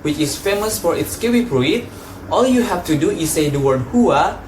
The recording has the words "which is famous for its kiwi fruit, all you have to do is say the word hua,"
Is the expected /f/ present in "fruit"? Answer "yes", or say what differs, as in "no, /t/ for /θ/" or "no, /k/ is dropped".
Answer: no, /p/ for /f/